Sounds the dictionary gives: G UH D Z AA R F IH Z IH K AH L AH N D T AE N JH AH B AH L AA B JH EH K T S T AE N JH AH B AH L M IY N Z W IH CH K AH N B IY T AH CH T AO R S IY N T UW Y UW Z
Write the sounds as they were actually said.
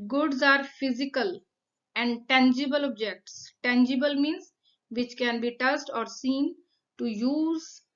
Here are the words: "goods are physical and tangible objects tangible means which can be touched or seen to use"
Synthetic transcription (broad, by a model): G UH D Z AA R F IH Z IH K AH L AH N D T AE N JH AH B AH L AA B JH EH K T S T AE N JH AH B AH L M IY N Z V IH CH K AH N B IY T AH S T AO R S IY N T UW Y UW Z